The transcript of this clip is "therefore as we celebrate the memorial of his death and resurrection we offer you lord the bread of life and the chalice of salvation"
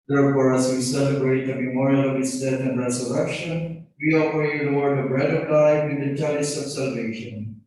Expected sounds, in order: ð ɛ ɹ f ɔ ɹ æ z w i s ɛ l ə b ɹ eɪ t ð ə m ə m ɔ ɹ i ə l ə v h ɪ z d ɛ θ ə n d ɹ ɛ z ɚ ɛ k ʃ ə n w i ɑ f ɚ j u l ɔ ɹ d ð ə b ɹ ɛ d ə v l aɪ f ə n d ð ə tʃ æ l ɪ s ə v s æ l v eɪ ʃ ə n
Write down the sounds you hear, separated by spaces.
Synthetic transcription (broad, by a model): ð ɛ ɹ f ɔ ɹ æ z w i s ɛ l ə b ɹ eɪ t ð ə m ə m ɔ ɹ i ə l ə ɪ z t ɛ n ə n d ɹ ɛ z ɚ ɛ k ʃ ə n w i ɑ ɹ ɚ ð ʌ w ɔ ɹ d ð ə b ɹ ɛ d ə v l aɪ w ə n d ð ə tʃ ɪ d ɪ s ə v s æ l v eɪ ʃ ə n